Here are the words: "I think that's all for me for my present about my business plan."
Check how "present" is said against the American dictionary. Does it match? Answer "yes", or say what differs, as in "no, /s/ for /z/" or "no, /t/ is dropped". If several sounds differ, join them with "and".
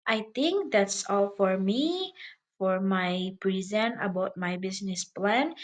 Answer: no, /t/ is dropped